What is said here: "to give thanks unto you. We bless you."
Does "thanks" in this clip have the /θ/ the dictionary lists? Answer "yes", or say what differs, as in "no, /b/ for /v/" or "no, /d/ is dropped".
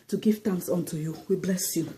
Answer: no, /t/ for /θ/